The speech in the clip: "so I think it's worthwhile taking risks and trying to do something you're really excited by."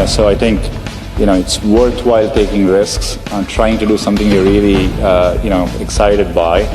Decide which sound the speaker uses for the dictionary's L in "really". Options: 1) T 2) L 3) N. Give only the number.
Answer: 3